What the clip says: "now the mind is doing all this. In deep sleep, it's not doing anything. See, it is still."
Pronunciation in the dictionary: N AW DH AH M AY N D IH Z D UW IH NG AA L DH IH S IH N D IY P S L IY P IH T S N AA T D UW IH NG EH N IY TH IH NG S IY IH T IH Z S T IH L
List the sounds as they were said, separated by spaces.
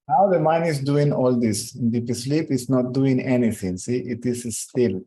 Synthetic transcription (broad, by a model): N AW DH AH M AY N IH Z D UW IH NG AA L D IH S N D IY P S L IY P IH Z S N AA T D UW IH NG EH N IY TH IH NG S IY IH T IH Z S T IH L